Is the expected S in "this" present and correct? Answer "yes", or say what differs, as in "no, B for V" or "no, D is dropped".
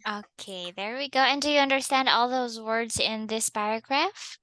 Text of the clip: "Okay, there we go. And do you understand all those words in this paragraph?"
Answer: yes